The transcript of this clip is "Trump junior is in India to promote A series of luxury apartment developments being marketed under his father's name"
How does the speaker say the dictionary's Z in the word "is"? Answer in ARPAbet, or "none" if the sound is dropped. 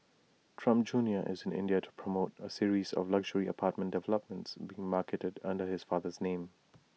Z